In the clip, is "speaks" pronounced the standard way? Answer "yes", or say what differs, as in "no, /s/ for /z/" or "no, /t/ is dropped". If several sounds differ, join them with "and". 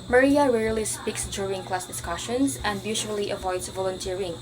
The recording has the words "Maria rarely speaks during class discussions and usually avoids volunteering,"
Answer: yes